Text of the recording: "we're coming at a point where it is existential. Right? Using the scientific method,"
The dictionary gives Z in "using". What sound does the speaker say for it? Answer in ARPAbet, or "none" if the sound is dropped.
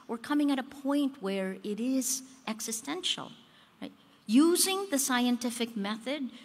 Z